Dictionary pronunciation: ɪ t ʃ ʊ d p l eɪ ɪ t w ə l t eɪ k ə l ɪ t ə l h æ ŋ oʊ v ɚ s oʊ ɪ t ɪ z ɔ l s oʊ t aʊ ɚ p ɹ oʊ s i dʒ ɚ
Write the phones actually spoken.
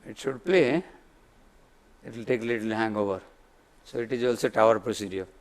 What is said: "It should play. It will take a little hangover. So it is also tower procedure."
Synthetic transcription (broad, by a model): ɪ t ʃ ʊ d p l eɪ ɪ t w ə l t eɪ k l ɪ t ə l h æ ŋ oʊ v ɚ s oʊ ɪ t ɪ z ɔ l s oʊ t aʊ ɚ p ɹ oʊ s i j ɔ